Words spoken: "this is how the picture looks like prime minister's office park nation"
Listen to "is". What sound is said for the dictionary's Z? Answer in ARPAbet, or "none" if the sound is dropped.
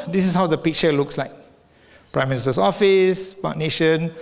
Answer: S